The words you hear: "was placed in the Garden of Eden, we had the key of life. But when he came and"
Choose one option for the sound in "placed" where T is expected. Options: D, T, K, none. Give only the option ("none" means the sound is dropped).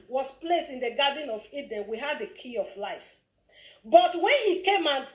T